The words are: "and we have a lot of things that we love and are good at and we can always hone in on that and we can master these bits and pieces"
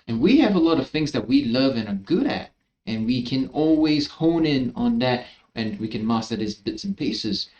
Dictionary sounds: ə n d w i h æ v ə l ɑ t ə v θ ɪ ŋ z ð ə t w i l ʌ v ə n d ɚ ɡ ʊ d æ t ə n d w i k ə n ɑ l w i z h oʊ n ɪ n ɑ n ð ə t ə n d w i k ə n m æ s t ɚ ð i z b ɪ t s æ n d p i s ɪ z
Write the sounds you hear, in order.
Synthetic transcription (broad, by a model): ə n w i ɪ v ə l ɑ t ə v θ ɪ ŋ z ð ə t w i l ʌ v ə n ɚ ɡ ʊ d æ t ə n w i k ə n ɑ l w i z h oʊ n ɪ n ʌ n ð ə t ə n w i k ə n m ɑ s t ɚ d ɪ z b ɪ t s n p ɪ s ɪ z